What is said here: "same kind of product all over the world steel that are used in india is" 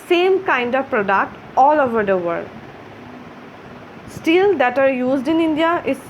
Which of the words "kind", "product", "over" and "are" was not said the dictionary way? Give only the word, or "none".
none